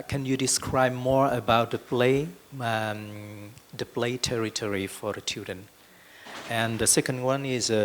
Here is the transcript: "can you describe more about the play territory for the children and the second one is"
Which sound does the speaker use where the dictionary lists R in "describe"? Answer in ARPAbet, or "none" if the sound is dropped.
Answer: R